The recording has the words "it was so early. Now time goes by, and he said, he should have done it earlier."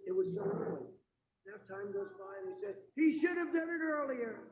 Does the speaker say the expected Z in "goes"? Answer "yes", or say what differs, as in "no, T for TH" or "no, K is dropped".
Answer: yes